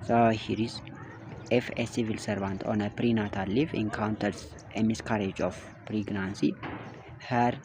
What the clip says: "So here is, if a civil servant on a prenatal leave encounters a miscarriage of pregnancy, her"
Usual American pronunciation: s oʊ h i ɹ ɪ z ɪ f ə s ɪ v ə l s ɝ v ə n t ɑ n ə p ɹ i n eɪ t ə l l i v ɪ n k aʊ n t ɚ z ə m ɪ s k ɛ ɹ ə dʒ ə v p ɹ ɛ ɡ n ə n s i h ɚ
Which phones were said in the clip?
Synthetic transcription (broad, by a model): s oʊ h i ɹ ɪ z ɪ f ə s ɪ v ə l s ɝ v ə n t ɑ n ə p ɹ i n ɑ t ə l l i f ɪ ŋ k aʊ n t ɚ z ə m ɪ s k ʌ ɹ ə dʒ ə f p ɹ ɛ ɡ n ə n s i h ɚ